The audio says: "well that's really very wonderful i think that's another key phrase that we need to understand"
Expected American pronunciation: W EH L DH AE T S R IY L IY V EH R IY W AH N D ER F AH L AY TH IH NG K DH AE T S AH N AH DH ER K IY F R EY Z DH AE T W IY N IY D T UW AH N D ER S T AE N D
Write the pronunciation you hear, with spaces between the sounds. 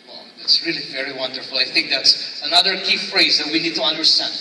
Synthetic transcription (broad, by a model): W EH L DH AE T S R IY L IY V EH R IY W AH N D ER F L AY TH IH NG K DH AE T S AH N AH DH ER K IY F R EY Z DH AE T W IY N IY D T UW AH N D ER S T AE N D